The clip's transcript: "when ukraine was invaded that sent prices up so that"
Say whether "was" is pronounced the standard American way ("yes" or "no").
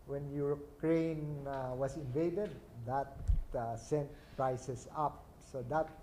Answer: no